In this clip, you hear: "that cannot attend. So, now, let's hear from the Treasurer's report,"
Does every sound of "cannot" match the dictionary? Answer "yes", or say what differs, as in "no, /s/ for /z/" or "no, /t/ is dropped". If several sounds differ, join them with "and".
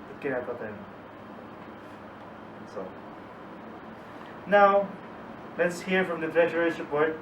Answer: no, /n/ is dropped